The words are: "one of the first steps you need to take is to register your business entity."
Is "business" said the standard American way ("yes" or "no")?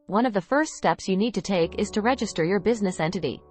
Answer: yes